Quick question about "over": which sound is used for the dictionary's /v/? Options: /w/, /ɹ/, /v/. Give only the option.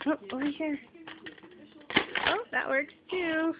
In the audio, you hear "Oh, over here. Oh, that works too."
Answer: /w/